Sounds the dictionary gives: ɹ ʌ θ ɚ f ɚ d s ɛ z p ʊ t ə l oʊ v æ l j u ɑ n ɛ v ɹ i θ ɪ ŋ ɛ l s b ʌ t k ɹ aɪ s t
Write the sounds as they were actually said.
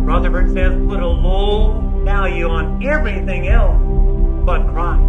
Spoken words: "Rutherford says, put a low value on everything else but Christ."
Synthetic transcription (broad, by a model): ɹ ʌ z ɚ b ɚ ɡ s ɛ z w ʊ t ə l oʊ v æ l j u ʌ n ɛ v ɹ i θ ɪ ŋ ɛ l s b ʌ t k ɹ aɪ